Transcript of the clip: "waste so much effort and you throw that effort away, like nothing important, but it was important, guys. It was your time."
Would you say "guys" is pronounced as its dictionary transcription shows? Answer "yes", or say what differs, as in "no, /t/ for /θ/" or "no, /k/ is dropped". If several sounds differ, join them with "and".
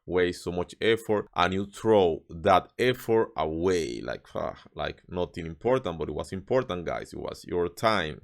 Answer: no, /s/ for /z/